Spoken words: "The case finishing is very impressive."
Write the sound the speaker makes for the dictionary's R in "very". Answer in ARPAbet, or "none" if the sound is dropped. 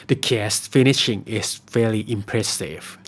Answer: L